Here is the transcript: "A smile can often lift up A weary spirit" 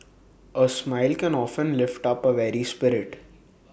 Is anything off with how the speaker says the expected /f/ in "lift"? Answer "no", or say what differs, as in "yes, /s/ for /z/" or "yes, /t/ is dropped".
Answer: no